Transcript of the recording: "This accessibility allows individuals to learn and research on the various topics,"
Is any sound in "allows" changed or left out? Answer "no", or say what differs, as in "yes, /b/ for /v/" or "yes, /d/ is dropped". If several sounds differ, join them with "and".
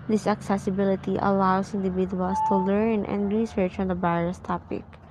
yes, /s/ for /z/